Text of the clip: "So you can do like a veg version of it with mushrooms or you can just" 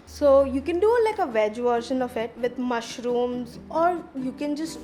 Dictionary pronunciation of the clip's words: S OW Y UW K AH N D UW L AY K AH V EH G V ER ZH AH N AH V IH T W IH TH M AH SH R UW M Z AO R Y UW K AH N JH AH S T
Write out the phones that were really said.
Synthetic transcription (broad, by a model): S OW Y UW K AH N D UW L AY K AH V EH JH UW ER SH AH N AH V IH T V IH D M AH SH R UW M Z AO R Y UW K AH N JH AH S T